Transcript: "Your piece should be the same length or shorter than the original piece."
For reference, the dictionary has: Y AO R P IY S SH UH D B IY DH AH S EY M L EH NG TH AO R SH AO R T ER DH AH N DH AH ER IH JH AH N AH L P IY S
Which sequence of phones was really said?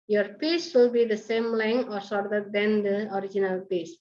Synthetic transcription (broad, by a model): Y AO R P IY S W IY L B IY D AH S EY M L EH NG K AO R S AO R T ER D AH N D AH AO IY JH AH N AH L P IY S